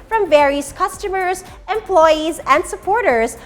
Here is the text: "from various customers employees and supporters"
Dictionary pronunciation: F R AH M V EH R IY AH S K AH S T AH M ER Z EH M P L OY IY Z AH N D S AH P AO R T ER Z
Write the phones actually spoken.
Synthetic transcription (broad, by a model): F R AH M V EH R IY AH S K AH S T AH M ER Z EH M P L OY IY Z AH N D S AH P AO R T ER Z